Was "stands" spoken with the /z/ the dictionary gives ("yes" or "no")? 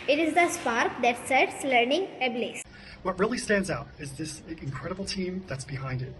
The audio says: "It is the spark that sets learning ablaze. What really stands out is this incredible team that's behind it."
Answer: yes